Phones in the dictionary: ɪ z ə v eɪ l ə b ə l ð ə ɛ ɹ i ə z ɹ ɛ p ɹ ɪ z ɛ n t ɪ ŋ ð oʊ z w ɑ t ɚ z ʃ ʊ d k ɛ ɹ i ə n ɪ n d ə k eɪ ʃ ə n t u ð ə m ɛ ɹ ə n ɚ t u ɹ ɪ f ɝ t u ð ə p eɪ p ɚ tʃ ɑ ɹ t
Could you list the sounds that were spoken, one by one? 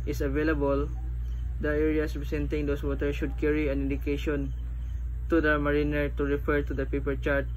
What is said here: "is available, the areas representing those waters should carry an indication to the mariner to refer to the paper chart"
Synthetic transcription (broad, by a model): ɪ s ə v eɪ l ə b ə l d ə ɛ ɹ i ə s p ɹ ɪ s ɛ n t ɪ ŋ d oʊ s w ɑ t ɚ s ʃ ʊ d k ɛ ɹ i ə n ɪ n d ə k eɪ ʃ ə n t u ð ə m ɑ ɹ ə n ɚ t u ɹ ɪ f ɝ t u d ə p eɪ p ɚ tʃ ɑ ɹ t